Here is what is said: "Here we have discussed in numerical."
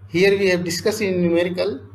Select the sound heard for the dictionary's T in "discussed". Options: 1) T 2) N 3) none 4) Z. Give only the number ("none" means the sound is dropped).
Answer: 3